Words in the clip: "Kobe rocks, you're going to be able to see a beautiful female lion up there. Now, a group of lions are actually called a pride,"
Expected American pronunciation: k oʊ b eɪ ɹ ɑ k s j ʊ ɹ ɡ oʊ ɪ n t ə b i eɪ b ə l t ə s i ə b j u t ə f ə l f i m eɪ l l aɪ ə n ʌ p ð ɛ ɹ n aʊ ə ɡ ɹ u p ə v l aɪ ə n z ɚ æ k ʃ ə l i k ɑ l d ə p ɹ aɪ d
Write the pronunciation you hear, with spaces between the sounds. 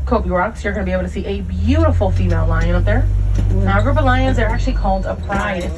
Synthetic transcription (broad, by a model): k oʊ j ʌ ɹ ɑ k s j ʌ ɹ ɡ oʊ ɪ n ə b i eɪ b l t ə s i ə b j u t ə f l f i m eɪ l l aɪ ə n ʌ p ð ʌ ɹ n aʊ ə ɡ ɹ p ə l aɪ ə n z ɚ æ k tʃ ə l i k ɑ l d ə p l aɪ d